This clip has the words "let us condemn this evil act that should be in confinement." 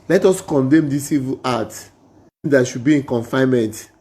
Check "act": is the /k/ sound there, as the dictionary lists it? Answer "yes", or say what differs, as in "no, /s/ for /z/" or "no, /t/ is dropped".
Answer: no, /k/ is dropped